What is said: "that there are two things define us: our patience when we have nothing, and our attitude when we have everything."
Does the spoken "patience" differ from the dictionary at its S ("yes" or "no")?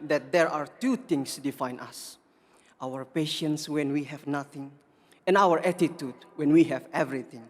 no